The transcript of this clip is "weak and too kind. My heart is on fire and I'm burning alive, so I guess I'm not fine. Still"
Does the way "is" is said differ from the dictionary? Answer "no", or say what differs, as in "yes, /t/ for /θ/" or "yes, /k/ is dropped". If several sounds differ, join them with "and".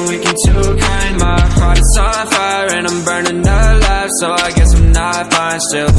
yes, /s/ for /z/